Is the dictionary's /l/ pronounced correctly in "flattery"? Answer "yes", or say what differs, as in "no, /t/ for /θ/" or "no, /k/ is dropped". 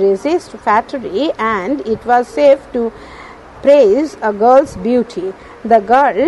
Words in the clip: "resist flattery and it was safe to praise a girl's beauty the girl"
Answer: no, /l/ is dropped